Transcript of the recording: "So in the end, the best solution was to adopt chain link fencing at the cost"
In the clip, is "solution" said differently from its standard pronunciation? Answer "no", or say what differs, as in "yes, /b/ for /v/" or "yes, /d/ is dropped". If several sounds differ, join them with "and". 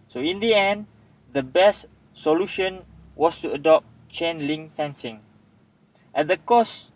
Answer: no